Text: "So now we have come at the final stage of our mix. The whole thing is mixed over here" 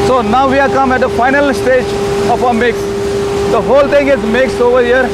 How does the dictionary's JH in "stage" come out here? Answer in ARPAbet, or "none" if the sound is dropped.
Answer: JH